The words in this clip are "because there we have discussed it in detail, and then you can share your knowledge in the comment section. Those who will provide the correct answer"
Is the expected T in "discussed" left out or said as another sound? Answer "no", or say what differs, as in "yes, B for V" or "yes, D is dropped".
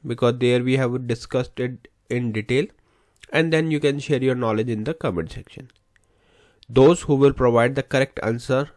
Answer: no